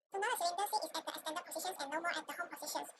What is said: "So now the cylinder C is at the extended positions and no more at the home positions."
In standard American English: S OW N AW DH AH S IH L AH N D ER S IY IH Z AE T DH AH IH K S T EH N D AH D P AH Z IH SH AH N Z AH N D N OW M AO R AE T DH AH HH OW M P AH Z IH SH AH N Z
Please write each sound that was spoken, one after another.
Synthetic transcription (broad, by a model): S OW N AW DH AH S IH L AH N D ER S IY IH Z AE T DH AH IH S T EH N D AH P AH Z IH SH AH N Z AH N N OW M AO R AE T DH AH HH OW M P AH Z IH SH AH N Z